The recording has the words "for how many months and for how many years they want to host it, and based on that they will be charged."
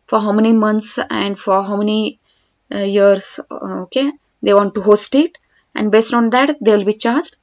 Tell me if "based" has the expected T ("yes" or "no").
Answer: yes